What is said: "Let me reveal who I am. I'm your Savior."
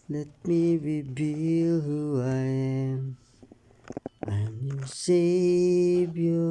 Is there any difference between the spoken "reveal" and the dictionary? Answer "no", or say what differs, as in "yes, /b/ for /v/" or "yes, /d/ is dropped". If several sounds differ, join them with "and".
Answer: yes, /b/ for /v/